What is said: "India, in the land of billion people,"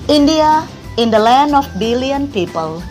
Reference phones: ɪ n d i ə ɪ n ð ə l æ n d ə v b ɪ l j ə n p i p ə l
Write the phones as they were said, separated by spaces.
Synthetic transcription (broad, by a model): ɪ n d i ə ɪ n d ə l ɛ n ə f b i l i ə n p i p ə l